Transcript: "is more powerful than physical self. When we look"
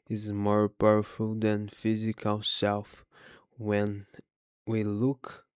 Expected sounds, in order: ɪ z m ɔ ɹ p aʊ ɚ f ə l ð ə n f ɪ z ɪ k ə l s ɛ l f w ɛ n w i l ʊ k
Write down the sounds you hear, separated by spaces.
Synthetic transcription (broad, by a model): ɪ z m ɔ ɹ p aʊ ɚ f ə l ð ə n f ɪ z ɪ k ə l s ɛ l f w ɛ n w i l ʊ k